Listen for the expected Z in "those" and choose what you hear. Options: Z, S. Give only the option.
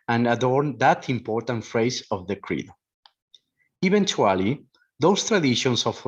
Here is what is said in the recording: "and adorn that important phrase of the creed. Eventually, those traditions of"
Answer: S